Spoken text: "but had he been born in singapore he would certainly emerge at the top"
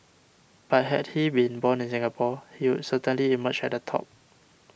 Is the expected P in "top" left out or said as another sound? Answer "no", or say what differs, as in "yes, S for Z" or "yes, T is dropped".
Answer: no